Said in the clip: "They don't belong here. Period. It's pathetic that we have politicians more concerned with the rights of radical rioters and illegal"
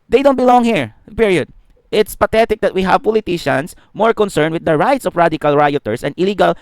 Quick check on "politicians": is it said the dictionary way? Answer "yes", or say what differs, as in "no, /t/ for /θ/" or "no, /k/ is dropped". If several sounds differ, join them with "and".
no, /s/ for /z/